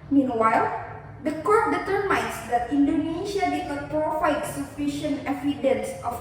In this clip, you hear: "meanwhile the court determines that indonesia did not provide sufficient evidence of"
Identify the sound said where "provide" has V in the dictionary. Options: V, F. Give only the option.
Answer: F